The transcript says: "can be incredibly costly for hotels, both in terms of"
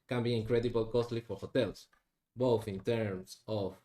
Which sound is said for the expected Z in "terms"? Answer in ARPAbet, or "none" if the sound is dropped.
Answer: S